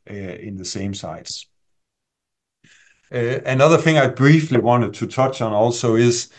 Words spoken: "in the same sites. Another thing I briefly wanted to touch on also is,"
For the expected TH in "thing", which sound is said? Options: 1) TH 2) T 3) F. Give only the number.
1